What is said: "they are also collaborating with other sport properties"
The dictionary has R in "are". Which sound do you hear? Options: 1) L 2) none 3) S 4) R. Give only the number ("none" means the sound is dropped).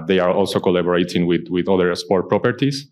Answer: 4